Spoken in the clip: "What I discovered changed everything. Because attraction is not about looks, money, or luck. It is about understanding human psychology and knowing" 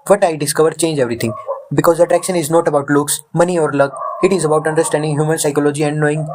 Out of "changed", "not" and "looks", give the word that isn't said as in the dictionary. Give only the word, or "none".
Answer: changed